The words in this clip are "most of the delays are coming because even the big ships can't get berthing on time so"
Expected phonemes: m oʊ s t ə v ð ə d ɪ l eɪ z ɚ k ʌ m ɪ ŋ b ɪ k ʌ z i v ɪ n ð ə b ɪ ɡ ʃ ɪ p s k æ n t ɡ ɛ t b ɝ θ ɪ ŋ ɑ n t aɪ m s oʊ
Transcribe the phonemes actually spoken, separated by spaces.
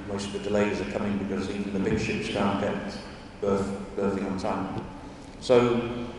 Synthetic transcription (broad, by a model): m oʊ s t ə v ð ə d ɪ l eɪ z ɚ k ʌ m ɪ ŋ b ɪ k ʌ z i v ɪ n ð ə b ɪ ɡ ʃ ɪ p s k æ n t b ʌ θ b ɝ θ ɪ ŋ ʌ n t aɪ m s oʊ